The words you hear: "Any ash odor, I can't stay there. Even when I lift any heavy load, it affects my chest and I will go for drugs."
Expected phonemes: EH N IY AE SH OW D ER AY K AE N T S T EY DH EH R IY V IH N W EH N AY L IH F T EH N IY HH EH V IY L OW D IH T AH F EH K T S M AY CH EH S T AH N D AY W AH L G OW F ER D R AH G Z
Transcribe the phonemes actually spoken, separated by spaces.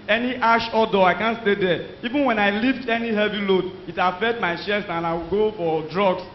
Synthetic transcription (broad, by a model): EH N IY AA SH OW D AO AY K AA N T S T EY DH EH IY V IH N W EH N AY L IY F T EH N IY HH EH V IY L OW D IH T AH F EH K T M AY SH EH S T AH N AY W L G OW F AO D R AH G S